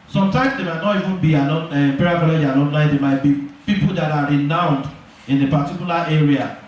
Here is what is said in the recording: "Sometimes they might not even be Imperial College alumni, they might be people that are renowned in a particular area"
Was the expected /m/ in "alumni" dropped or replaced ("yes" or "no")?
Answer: yes